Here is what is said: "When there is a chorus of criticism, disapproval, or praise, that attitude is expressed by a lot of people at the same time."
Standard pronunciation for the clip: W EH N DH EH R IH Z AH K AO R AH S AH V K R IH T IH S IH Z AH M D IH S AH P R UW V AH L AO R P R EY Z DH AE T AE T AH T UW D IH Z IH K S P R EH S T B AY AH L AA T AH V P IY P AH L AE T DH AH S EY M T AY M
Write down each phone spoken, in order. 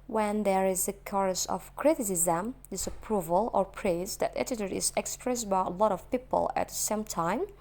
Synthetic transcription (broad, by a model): W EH N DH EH R IH Z AH K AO R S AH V K R IH T IH S IH Z AH M D IH S AH P R UW V AH L AO R P R EY Z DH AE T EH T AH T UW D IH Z IH K S P R EH S T B AY AH L AA T AH V P IY P AH L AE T S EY M T AY M